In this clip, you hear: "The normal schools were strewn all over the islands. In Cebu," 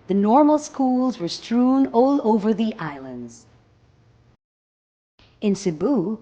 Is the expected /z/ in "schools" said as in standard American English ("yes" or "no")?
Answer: yes